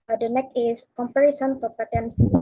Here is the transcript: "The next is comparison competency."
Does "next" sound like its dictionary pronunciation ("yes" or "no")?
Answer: no